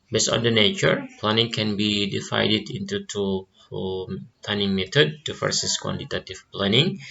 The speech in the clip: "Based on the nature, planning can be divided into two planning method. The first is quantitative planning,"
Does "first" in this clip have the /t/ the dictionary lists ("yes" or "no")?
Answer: no